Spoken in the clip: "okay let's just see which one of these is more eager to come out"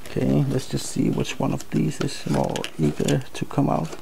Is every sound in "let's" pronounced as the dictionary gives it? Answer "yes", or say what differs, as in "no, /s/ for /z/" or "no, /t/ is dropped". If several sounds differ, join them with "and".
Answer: yes